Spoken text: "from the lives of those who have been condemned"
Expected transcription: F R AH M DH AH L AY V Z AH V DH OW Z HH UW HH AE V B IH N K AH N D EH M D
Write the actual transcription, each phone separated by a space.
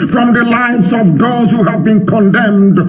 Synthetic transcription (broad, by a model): F R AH M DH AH L AY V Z AH V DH OW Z HH UW HH AE V B IH N K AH N D EH M D